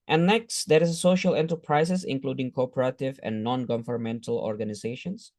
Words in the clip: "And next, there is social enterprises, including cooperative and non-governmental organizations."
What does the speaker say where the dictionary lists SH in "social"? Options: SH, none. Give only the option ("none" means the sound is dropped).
SH